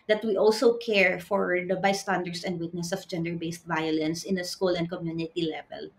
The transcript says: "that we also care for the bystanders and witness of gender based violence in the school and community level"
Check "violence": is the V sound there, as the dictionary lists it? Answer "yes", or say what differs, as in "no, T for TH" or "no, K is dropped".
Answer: yes